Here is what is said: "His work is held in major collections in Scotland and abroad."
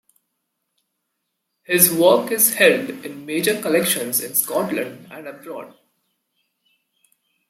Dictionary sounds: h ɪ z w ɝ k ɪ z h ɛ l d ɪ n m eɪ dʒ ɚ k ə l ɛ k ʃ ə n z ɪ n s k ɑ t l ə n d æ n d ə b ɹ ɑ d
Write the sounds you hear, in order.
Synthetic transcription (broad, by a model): h ɪ z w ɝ k ɪ z h ɛ l d ɪ n m eɪ dʒ ɚ k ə l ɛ k ʃ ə n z ɪ n s k ɑ t l ə n d æ n d ə b ɹ ɑ d